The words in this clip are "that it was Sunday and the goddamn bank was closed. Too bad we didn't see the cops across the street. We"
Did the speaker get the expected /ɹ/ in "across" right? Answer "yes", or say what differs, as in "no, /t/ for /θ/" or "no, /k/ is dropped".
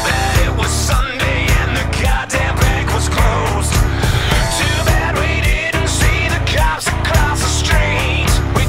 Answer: no, /l/ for /ɹ/